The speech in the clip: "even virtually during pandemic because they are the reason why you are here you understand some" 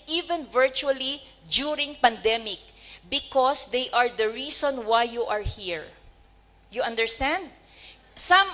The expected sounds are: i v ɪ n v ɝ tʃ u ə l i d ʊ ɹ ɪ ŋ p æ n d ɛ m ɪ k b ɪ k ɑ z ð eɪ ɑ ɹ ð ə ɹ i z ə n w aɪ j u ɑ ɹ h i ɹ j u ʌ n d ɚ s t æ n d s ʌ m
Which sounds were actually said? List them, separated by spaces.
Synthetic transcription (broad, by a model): i v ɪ n v ɝ tʃ u ə l i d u ɹ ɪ ŋ p æ n d ɛ m ɪ k b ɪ k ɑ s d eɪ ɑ ɹ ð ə ɹ i s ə n w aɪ j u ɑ ɹ h i ɹ j u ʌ n d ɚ s t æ n d s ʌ m